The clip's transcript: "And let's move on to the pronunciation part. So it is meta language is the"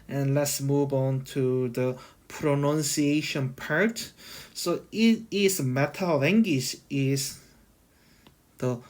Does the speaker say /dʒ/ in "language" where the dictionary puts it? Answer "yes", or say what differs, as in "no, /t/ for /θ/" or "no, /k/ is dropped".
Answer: no, /ʃ/ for /dʒ/